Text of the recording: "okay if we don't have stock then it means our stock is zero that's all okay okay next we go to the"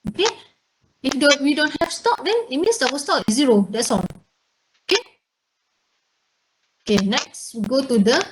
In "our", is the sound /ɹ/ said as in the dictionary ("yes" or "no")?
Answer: no